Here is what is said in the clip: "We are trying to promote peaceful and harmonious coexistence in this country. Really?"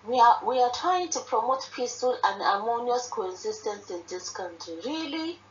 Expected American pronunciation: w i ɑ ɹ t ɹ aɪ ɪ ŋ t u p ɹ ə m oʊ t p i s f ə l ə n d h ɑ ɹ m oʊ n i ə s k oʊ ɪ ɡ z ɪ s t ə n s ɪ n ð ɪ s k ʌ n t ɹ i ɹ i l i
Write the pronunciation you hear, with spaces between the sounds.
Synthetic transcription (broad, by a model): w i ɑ w t ɹ aɪ ɪ ŋ t u p ɹ ə m oʊ t p i s f ə l ə n d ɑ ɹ m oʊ n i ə s k oʊ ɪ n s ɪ s t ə n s ɪ n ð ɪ s k ʌ n t ɹ i ɹ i l i